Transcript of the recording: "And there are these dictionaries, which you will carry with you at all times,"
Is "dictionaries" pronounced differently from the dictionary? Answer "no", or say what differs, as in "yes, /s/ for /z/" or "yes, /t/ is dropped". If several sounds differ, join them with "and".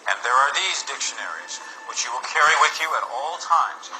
no